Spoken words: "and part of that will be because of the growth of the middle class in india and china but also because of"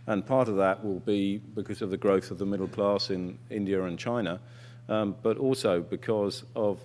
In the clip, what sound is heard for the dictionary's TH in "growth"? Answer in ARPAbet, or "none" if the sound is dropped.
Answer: TH